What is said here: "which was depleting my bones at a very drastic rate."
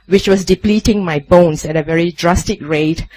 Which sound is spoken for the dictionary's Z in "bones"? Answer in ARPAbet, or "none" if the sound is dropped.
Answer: S